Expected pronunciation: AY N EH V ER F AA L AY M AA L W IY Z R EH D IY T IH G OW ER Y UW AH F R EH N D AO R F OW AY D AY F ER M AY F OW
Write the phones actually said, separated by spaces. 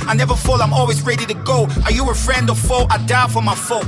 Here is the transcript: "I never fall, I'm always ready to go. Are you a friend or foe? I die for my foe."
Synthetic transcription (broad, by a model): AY N EH V ER F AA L AY M AA L W IY Z R EH D IY T IH G OW ER Y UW AH F R EH N D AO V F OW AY D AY F ER M AY F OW